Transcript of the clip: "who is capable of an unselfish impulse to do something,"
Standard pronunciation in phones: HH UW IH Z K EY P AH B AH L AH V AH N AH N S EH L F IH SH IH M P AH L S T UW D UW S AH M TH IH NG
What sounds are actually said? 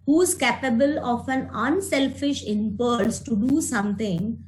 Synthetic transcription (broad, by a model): HH UW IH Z K EY P AH B AH L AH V AH N AH N S EH L F IH SH IH M P AH L S T UW D UW S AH M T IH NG